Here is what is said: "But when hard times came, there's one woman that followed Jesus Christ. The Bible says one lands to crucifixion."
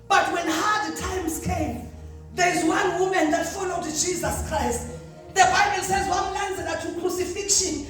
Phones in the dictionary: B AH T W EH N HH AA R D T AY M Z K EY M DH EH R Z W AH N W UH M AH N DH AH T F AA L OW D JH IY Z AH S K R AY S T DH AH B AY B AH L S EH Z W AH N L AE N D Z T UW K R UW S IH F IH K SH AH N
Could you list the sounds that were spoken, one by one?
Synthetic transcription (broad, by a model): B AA T W EH N HH AA D T AY M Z K EY M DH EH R Z W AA N W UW M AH N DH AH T F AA L OW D JH IY Z AH S K R AY S T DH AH B AY B AH L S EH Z W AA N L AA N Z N T UW K R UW S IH F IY K SH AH N